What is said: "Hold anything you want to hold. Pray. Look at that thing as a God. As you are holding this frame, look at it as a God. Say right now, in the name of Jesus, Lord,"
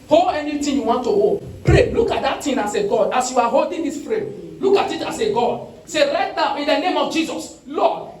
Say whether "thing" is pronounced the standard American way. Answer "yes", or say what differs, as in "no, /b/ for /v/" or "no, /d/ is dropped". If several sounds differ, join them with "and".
no, /t/ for /θ/